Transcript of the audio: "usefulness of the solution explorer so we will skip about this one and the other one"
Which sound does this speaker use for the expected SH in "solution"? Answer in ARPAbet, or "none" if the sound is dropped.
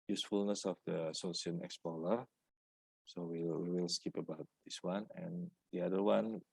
none